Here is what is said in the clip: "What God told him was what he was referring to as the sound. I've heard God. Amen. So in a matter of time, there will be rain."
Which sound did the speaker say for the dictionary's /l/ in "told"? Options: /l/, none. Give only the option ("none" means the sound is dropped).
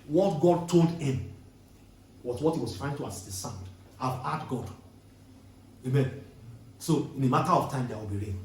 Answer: /l/